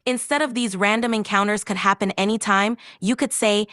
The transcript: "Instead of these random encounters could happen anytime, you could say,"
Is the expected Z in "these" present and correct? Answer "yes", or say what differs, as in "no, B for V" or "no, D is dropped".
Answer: yes